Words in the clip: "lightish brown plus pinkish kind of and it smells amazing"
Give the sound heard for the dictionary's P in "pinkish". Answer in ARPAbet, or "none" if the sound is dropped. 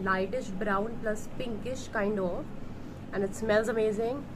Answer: P